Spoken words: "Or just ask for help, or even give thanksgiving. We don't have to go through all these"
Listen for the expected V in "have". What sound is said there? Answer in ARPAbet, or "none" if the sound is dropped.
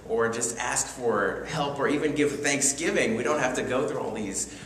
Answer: F